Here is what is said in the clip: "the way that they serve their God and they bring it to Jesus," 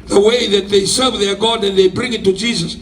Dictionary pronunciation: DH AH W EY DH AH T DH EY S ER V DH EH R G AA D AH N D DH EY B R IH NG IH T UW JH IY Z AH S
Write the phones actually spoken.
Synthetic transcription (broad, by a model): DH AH W EY DH AH T DH EY S ER V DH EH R G AA D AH N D DH EY B R IH NG IH T UW JH IY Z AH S